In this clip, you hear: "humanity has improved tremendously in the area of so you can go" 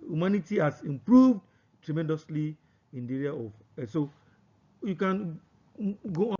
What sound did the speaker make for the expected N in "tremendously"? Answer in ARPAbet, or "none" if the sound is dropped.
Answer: N